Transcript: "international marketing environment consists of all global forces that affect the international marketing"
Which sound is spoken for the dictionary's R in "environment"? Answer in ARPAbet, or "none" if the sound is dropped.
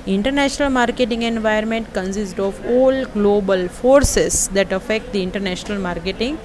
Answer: none